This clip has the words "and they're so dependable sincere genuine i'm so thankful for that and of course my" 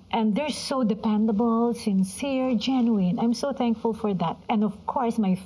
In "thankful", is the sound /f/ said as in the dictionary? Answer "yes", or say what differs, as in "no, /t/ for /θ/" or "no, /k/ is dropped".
yes